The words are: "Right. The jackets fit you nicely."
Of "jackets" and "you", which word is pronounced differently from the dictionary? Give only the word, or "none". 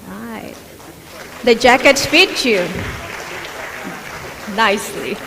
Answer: none